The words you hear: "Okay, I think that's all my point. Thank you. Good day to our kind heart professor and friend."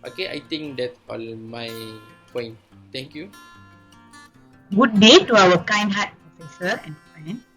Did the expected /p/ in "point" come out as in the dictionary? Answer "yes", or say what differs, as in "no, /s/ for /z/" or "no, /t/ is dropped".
yes